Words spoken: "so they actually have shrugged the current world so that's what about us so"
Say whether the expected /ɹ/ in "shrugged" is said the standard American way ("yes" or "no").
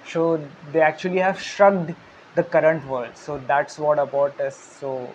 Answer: yes